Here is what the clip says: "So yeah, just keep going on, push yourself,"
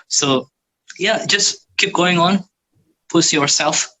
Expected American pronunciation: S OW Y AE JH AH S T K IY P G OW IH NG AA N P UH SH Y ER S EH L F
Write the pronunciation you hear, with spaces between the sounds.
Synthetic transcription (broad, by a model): S OW Y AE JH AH S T K IY P G OW IH NG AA N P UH S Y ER S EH L F